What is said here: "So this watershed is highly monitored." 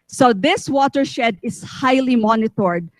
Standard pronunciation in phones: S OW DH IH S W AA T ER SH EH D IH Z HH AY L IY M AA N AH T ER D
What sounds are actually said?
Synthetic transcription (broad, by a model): S OW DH IH S W AA T ER SH EH D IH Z HH AY L IY M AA N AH T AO D